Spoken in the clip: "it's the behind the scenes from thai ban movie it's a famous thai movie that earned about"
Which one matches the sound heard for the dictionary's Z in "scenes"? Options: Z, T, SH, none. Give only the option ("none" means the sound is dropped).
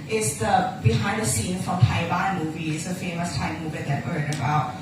none